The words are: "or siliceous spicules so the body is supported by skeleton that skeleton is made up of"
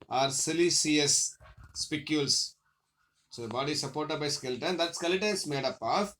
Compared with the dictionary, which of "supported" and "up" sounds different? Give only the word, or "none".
none